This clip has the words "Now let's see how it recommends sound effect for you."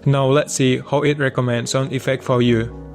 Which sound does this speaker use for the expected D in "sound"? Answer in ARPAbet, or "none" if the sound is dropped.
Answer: none